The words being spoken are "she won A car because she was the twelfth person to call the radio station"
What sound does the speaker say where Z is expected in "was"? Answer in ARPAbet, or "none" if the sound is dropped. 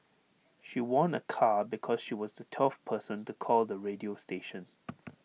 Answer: Z